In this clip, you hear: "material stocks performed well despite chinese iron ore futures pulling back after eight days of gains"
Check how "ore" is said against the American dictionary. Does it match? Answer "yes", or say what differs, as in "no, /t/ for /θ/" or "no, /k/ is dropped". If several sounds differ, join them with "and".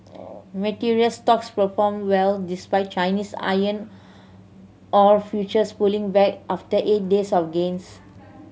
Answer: yes